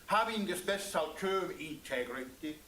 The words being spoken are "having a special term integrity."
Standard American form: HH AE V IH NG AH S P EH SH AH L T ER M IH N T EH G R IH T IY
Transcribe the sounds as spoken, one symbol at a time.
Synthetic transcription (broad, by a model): HH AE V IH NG AH S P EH S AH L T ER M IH N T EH G R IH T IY